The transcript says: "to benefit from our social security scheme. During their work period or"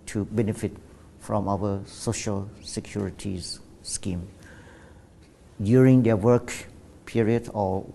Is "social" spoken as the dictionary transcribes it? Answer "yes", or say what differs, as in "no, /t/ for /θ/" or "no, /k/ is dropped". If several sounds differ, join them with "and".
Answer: yes